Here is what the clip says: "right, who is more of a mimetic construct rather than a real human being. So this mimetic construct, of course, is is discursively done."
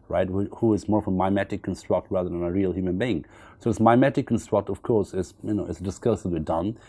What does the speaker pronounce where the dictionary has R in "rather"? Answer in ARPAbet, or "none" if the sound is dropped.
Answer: R